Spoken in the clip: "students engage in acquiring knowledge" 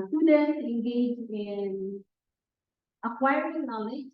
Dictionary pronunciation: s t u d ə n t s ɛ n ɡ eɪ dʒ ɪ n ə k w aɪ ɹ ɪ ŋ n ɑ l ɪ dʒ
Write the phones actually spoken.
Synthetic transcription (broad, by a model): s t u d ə n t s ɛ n ɡ eɪ dʒ ɪ n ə k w aɪ ɪ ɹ n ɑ l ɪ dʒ